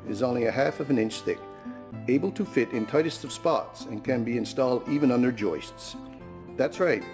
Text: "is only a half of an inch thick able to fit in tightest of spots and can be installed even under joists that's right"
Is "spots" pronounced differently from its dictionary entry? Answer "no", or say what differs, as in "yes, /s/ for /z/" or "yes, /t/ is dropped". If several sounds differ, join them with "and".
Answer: no